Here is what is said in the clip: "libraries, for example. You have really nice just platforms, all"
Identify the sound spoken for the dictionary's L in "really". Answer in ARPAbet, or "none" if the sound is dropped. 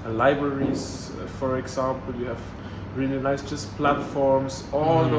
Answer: N